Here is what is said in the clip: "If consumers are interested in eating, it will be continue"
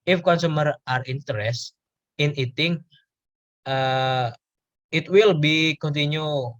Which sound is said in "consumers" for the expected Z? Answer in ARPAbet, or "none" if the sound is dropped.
none